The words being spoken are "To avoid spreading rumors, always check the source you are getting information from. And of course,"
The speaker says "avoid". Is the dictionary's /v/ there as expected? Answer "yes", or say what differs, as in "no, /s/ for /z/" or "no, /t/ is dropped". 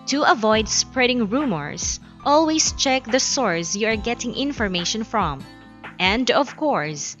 yes